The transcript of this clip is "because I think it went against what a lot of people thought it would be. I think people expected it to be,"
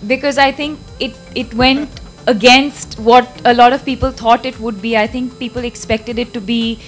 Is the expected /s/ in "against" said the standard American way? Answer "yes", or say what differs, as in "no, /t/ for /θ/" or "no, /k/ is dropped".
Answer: yes